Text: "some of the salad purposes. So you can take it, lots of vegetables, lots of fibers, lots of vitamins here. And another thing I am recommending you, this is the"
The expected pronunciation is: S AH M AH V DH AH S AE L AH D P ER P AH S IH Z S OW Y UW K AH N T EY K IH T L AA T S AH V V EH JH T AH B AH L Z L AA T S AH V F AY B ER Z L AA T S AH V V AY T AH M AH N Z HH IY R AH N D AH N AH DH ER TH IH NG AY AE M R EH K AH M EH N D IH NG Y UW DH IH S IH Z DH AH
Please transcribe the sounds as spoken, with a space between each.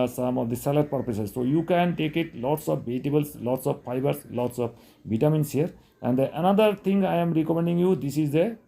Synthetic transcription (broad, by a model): S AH M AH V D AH S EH L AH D P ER P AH S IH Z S OW Y UW K AH N T EY K IH T L AA T S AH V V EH T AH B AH L S L AA T S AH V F AY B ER S L AA T S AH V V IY T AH M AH N S HH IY R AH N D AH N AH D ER T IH NG AY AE M R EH K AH M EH N D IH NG Y UW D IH S IH Z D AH